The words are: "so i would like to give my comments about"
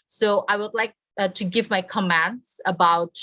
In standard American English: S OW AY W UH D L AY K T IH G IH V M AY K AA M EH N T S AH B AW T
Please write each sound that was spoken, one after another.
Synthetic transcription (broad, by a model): S OW AY W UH D L AY K T IH G IH V M AY K AA M EH N T S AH B AW T